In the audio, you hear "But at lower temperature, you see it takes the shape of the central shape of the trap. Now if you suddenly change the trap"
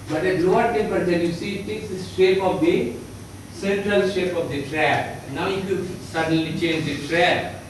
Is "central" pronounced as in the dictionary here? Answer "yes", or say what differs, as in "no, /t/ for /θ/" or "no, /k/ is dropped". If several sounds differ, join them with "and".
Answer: yes